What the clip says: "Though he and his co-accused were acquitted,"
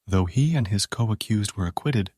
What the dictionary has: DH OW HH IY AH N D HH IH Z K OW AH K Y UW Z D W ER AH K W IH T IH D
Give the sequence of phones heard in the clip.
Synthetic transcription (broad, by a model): DH OW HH IY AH N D IH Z K OW AH K Y UW Z D W ER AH K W IH T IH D